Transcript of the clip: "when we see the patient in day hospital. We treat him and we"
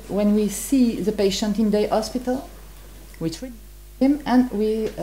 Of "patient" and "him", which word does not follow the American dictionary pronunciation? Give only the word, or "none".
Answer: none